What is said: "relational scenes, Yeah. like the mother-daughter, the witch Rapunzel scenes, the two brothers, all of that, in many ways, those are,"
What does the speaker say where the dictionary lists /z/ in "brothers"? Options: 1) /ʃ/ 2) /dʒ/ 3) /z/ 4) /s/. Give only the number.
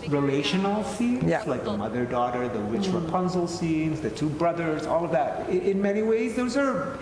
3